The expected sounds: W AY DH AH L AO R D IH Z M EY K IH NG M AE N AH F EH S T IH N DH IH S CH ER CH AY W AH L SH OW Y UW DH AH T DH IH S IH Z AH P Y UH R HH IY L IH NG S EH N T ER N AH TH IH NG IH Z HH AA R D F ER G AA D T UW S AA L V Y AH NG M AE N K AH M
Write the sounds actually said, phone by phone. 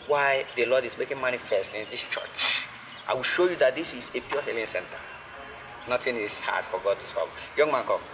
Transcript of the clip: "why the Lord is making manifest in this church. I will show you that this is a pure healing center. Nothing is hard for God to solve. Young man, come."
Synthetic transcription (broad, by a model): W AY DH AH L AO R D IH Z M EY K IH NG M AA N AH F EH S T IH N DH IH S CH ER CH AY W AH L SH OW Y UW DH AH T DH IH S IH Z AH P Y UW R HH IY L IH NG S EH N T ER N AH T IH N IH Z HH AA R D F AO G AA D T UW S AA V Y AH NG M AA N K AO